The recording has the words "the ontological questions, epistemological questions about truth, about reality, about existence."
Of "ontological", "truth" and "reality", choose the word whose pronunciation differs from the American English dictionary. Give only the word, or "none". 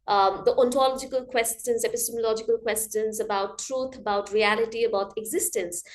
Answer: truth